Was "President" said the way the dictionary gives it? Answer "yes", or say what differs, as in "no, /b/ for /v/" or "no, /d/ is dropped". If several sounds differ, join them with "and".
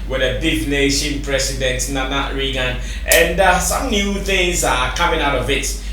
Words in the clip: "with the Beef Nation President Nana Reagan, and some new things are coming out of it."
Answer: no, /s/ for /z/